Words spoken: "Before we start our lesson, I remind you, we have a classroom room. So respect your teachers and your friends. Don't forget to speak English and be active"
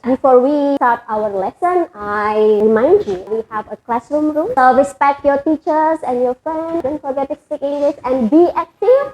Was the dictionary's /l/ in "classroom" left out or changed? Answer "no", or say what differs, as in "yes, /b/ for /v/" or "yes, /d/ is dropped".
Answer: no